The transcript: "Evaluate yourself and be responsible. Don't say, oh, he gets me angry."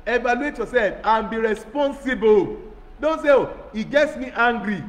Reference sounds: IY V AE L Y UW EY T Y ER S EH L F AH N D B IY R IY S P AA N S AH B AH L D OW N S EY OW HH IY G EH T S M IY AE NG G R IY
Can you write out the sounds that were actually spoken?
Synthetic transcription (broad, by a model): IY V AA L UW EY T Y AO S EH L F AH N B IY R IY S P AA N S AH B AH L D OW N S EY OW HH IY G EH T S M IY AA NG G R IY